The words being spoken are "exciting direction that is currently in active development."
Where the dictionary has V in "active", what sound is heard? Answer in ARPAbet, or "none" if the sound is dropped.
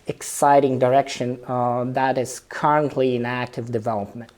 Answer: V